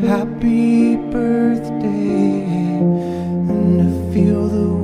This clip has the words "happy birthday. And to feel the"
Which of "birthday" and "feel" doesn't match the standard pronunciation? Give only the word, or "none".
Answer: none